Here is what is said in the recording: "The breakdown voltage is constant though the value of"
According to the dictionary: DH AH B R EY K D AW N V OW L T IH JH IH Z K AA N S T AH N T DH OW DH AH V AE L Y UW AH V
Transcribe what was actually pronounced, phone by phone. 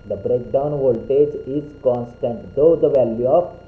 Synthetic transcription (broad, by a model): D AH B R EY K D AW N V OW L T IH JH IH Z K AA N S T AH N T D OW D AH V AE L Y UW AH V